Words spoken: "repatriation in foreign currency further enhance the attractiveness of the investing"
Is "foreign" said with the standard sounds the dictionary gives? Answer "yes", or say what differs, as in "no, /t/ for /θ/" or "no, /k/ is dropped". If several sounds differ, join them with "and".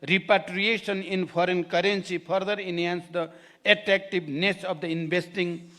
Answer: no, /p/ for /f/